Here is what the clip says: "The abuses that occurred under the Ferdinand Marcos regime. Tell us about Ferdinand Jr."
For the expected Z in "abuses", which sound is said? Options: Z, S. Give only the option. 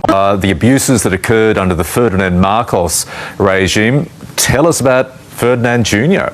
Z